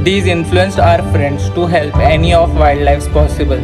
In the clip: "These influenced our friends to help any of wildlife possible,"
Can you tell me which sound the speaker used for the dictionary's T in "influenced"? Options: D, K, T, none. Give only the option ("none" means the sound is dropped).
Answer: none